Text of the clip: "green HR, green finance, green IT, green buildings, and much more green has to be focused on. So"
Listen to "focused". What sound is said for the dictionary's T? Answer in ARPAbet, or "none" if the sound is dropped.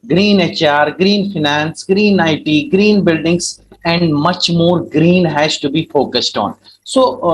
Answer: T